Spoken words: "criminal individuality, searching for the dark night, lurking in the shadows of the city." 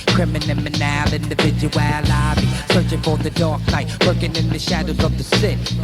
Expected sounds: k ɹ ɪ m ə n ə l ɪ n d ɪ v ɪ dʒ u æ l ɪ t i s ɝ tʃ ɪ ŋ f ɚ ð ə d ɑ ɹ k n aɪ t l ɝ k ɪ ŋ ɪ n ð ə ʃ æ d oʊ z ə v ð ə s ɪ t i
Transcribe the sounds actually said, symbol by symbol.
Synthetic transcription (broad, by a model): k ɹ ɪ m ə n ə l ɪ n d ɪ v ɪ dʒ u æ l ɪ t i s ɝ tʃ ɪ ŋ f ɚ ð ə d ɑ ɹ k n aɪ t w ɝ k ɪ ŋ ɪ n ð ə ʃ æ d oʊ z ə v ð ə s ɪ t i